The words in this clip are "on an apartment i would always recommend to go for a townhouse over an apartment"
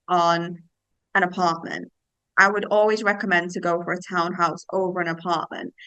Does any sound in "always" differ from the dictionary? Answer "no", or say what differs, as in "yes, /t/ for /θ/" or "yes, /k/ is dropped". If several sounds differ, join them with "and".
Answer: no